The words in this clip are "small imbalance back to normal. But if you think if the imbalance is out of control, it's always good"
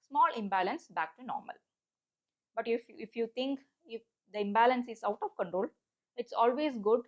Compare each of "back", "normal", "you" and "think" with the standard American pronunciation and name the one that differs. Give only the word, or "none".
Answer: think